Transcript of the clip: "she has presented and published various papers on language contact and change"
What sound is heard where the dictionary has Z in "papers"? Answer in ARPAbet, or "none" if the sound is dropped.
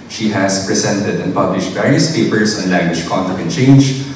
S